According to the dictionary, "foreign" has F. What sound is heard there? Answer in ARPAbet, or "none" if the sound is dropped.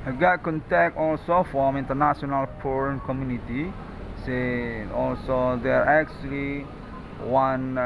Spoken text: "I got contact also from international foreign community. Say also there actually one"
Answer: P